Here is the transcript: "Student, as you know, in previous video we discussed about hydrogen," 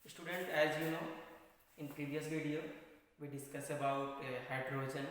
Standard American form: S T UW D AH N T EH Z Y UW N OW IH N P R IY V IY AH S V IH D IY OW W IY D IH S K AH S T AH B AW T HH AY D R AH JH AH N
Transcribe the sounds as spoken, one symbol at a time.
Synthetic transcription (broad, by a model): S T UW D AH N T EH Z Y UW N OW IH N P R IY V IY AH S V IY D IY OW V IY D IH S K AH S AH B AW T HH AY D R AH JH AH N